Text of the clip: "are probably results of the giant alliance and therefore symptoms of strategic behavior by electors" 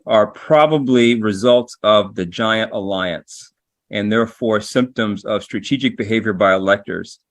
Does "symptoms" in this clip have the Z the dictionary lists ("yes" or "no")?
yes